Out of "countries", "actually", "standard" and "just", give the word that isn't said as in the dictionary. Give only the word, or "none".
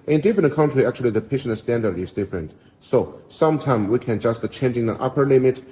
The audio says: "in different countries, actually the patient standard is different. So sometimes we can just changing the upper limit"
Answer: countries